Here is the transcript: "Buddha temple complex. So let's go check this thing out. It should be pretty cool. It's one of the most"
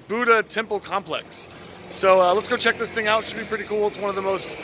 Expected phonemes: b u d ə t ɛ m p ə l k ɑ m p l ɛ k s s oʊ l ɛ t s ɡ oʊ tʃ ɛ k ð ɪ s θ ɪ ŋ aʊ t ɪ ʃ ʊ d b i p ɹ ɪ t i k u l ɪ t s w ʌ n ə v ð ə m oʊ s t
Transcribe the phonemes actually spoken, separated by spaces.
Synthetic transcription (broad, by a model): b u d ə t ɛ m p l k ɑ m p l ɛ k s s oʊ l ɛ t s ɡ oʊ tʃ ɛ k ð ɪ s θ ɪ ŋ aʊ t ʃ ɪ d b i p ɹ ɪ t i k u l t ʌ w ʌ n ə v ð ə m oʊ s t